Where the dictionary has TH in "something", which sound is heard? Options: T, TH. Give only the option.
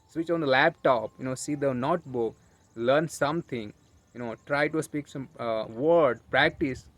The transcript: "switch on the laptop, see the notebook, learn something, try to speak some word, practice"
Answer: T